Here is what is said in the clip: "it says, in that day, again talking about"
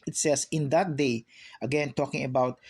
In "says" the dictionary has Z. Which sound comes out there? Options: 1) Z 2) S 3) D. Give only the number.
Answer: 2